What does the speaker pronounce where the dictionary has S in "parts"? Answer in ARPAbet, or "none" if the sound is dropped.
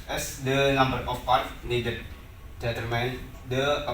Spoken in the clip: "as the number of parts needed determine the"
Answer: none